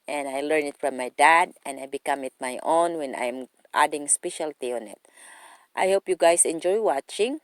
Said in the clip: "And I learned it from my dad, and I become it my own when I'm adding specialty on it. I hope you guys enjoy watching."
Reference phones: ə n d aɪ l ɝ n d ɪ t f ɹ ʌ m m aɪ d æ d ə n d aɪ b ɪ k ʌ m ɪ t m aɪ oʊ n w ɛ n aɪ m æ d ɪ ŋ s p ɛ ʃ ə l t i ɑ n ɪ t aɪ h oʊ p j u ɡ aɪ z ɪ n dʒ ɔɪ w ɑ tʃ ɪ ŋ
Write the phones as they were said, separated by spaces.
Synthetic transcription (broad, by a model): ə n aɪ l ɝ n ɪ t f ɹ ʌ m m aɪ d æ d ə n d aɪ b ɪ k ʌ m ɪ t m aɪ oʊ n w ɛ n aɪ m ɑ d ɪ ŋ s p ɛ ʃ ə l t i ɑ n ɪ t aɪ h oʊ p j u ɡ aɪ s ɪ n dʒ ɔɪ w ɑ tʃ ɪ ŋ